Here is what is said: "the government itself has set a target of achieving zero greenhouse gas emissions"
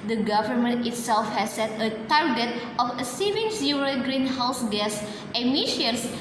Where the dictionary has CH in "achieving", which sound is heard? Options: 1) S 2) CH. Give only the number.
1